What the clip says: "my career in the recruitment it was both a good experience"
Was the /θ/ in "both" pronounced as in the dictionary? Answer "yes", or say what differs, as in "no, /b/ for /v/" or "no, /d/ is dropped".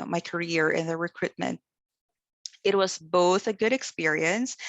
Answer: yes